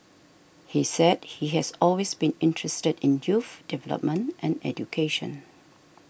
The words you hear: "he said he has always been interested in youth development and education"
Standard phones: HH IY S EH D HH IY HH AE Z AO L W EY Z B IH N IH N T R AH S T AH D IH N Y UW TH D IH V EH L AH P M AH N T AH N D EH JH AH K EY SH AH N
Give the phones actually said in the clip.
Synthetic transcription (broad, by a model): HH IY S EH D HH IY HH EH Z AO L W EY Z B IH N IH N T R AH S T AH D IH N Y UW F D IH V EH L AH P M AH N T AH N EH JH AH K EY SH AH N